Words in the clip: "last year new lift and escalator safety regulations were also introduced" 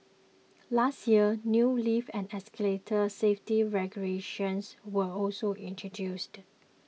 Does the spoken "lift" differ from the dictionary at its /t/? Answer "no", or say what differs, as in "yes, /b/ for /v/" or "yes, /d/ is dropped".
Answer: yes, /t/ is dropped